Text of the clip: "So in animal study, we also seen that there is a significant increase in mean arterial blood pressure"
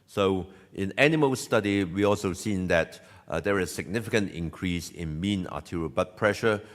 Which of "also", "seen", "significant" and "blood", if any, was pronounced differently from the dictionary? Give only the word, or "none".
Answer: blood